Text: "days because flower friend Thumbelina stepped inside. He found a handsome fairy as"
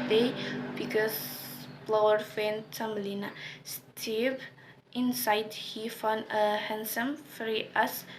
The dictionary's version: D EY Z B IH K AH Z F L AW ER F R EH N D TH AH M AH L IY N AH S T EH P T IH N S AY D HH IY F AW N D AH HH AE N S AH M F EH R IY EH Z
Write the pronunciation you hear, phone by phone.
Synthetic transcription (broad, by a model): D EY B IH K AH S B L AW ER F EH N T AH M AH L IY N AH S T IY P T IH N S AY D HH IY F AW N AH HH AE N S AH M F R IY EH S